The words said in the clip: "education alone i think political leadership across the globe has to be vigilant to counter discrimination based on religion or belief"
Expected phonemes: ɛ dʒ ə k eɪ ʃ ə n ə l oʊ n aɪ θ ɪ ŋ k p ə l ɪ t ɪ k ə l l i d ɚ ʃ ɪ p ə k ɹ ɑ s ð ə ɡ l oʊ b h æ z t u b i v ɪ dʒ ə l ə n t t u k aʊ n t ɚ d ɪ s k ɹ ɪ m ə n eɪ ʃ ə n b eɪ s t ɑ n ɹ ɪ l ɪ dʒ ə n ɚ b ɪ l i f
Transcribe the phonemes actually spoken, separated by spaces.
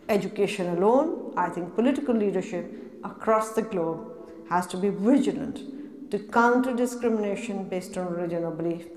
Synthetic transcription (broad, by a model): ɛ dʒ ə k eɪ ʃ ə n ə l oʊ n aɪ t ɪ ŋ k p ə l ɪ t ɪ k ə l l i d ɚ ʃ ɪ p ə k ɹ ɑ s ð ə ɡ l oʊ b h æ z t u b i v ɪ dʒ ə l ə n t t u k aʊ n t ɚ d ɪ s k ɹ ɪ m ə n eɪ ʃ ə n b eɪ s t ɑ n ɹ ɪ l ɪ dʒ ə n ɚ b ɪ l i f